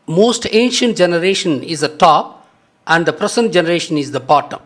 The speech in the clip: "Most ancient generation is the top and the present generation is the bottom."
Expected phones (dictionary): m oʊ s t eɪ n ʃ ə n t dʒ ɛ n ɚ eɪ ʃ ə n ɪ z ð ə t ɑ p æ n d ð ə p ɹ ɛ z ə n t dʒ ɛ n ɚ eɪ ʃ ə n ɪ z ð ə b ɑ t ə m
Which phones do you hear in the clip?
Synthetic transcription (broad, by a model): m oʊ s t eɪ n ʃ ə n t dʒ ɛ n ɚ eɪ ʃ ə n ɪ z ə t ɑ p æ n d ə p ɹ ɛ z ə n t dʒ ɛ n ɚ eɪ ʃ ə n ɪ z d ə b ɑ t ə m